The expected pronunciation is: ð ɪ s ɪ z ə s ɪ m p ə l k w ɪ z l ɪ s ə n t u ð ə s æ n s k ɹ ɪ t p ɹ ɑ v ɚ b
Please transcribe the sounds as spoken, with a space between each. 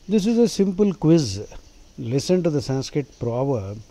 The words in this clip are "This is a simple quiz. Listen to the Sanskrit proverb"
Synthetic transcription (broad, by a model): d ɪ s ɪ z ə s ɪ m p ə l k w ɪ z l ɪ s ə n t u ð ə s æ n s k ɹ ɪ t p ɹ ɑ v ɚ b